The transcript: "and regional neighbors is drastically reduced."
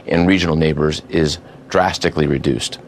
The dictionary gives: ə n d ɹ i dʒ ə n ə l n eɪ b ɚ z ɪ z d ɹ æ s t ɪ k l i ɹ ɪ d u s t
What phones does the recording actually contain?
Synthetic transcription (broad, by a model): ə n ɹ i dʒ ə n l n eɪ b ɚ z ɪ z d ɹ æ s t ɪ k l i ɹ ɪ d u s t